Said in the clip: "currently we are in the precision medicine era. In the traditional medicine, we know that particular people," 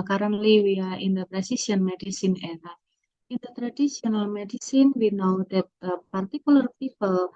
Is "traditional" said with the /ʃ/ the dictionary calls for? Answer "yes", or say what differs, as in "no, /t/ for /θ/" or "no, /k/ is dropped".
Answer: no, /s/ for /ʃ/